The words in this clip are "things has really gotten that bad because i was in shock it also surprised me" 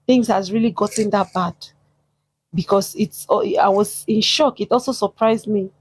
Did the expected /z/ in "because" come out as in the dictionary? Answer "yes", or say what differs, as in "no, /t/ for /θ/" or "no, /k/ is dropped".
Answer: no, /s/ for /z/